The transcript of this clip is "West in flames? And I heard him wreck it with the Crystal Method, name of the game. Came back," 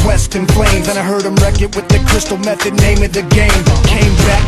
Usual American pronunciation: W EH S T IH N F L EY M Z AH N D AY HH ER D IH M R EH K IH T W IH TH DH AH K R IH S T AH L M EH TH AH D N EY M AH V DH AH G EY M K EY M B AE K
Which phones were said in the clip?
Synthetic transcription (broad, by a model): W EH S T IH N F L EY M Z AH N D AY HH ER D IH M R EH K IH T W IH DH AH K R IH S T L M EH TH AH D N EY M AH V DH AH G EY M K EY M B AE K